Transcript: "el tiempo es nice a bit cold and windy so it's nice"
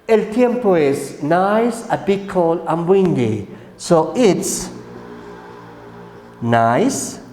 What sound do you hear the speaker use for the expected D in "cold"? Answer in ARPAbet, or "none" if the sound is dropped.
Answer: none